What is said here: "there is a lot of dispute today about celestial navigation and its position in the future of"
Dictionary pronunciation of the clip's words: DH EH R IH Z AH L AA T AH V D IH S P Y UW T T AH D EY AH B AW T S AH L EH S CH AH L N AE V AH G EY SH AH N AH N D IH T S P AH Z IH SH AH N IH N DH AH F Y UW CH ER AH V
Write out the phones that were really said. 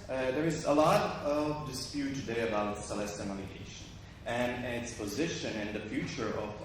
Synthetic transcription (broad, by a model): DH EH R IH Z AH L AA T AH V D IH S P Y UW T T AH D EY AH B AW T S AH L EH S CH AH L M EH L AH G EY SH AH N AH N IH T S P AH Z IH SH AH N IH N DH AH F Y UW CH ER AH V